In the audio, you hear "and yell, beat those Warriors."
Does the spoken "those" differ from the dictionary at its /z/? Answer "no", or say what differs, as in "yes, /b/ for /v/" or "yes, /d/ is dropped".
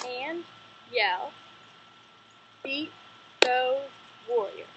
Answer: yes, /z/ is dropped